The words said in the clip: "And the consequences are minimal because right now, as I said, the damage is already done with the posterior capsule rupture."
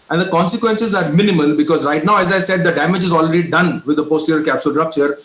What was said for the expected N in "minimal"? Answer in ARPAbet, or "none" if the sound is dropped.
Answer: N